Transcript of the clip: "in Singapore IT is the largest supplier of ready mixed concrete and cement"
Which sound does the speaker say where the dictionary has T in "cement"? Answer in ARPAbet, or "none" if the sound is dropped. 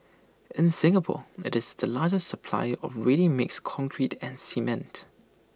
T